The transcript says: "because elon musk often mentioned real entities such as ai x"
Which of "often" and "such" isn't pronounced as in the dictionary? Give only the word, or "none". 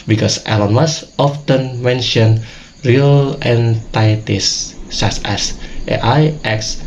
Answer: such